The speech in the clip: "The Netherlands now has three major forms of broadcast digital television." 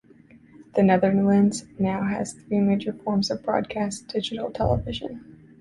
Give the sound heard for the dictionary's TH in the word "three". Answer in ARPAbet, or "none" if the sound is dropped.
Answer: TH